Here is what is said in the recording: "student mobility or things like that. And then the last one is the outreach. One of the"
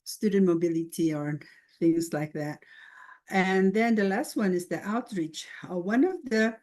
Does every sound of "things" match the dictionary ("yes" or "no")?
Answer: yes